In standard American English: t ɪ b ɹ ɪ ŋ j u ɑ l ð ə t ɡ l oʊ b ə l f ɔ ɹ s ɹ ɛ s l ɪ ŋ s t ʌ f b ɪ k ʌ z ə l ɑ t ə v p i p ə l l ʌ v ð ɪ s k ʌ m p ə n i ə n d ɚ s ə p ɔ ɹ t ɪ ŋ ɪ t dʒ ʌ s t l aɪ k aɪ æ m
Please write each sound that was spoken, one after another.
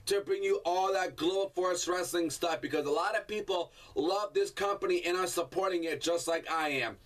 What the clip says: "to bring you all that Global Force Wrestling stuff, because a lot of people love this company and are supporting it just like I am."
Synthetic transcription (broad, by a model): t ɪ b ɹ ɪ ŋ j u ɑ l ð ə t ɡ l oʊ ə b f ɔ ɹ s ɹ ɛ s l ɪ ŋ s t ʌ f b ɪ k ʌ z ə l ɑ t ə v p i p l l ʌ v ð ɪ s k ʌ m p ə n i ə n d ɚ s ə p ɔ ɹ t ɪ ŋ ɪ t dʒ ʌ s t l aɪ k aɪ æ m